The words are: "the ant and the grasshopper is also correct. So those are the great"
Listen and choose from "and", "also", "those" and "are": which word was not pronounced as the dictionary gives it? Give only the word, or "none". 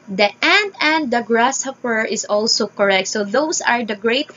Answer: those